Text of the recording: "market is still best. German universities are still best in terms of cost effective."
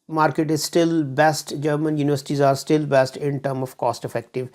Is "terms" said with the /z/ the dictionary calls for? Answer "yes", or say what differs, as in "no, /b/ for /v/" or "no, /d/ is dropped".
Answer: no, /z/ is dropped